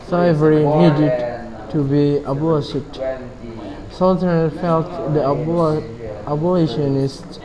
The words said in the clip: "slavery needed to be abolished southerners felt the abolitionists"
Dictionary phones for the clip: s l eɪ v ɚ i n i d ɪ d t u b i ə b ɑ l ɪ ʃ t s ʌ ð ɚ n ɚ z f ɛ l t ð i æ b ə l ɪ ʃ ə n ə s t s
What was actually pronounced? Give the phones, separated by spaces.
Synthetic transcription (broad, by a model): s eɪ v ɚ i n i d ɪ d t u b i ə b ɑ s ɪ t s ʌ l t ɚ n f ɛ l t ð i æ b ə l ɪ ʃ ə n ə s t